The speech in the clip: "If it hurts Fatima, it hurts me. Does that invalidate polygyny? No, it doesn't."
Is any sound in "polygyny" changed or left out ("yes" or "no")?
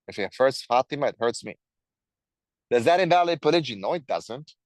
no